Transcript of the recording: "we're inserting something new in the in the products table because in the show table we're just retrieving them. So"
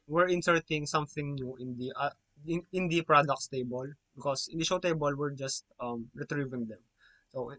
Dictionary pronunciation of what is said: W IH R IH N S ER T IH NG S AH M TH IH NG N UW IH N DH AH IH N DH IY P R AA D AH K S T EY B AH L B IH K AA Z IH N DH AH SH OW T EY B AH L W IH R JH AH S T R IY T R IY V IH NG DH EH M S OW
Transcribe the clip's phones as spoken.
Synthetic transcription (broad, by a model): W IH R IH N S ER T IH NG S AH M TH IH NG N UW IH N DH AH IH N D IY P R AA D AH K S T EY B AH L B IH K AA S IH N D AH SH OW T EY B AH L W IH R JH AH S T R IY T R IY V IH NG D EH M S OW